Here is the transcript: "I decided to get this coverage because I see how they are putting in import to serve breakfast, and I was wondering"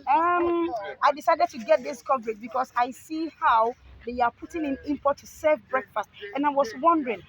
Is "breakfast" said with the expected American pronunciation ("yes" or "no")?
yes